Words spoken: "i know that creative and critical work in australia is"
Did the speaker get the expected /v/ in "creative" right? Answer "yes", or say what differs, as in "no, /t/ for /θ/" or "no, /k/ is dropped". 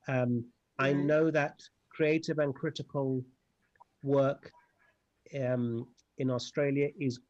yes